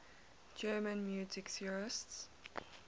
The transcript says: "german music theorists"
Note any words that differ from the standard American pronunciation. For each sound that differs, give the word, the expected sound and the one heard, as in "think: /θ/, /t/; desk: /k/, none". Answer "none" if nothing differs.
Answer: theorists: /θ/, /s/